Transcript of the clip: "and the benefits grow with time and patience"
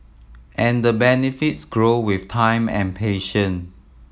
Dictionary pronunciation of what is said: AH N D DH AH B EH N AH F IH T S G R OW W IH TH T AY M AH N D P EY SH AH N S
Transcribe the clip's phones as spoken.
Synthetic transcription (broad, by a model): AH N D AH B EH N AH F IH T S G R OW W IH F T AY M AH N P EY SH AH N